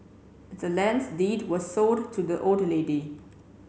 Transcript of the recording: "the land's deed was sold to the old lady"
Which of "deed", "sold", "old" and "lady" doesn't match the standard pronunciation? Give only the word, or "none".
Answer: sold